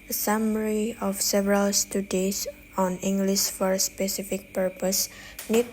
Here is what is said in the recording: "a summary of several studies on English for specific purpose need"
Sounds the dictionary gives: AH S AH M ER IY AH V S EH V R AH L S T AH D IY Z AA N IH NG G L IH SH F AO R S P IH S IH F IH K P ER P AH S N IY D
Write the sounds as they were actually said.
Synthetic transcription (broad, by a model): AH S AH M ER IY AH F S EH V R AH L S T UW D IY S AA N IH NG G L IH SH F AO R S P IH S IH F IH K P ER P AH S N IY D